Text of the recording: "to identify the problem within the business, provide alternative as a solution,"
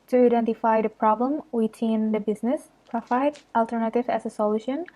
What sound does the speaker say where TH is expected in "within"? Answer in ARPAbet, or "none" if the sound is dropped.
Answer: T